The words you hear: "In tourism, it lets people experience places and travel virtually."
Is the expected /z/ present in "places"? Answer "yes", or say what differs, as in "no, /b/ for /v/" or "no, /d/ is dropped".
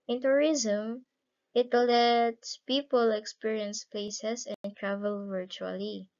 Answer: no, /s/ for /z/